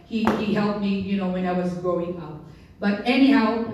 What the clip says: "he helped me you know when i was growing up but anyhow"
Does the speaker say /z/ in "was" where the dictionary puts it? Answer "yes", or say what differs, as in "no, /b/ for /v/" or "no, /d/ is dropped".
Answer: yes